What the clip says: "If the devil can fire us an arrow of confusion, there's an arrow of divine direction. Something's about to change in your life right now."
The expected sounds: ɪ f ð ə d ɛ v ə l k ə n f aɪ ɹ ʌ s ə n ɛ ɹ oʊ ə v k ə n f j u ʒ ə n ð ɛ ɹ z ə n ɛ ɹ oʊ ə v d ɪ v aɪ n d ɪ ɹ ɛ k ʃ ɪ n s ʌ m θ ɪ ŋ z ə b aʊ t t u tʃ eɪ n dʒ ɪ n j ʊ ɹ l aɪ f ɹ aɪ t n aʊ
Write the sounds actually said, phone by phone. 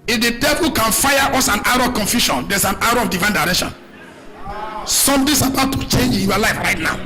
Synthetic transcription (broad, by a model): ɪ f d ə d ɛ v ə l k ə n f aɪ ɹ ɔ s ə n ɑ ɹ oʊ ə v k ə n f j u ʃ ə n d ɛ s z ə n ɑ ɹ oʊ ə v d ɪ v aɪ n d ɪ ɹ ɛ k ʃ ɪ n s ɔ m t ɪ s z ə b aʊ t t u tʃ eɪ n dʒ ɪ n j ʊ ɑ l aɪ f ɹ aɪ t n aʊ